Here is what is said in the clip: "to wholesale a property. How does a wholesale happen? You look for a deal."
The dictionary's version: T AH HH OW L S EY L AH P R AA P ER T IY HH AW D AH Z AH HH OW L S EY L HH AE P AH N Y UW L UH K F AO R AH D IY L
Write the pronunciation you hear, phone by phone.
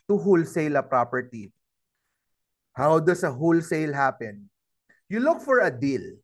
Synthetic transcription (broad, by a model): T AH HH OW L S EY L AH P R AA P ER T IY HH AW D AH S AH HH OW L S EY L HH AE P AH N Y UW L UH K F AO R AH D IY L